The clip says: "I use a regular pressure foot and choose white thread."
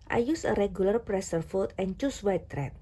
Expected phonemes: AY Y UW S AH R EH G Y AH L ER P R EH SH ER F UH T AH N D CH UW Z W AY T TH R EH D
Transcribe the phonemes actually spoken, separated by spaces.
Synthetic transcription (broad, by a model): AY Y UW S AH R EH G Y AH L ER P R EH S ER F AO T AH N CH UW S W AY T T R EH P